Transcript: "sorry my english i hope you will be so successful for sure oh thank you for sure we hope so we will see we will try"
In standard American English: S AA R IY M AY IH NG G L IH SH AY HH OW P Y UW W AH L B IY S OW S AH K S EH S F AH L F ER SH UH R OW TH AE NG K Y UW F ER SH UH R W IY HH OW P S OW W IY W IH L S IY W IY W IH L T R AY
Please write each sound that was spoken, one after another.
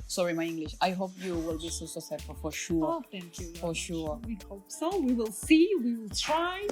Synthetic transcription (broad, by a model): S AA R IY M AY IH NG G L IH SH AY HH OW P Y UW W AH L B IY S OW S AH S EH F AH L F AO SH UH OW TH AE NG K Y UW F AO SH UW W IY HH OW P S OW W IY W IH L S IY W IY W IH L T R AY